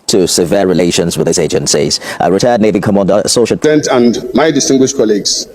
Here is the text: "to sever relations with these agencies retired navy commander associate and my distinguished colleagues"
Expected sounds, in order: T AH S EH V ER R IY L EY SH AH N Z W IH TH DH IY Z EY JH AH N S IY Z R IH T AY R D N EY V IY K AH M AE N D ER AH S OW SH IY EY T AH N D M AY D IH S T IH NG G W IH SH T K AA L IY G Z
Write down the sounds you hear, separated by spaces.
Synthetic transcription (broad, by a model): T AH S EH V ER R IY L EY SH AH N Z W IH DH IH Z EY JH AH N S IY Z R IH T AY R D N EY V IY K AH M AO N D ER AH S OW SH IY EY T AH N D M AY D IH S T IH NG G W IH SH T K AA L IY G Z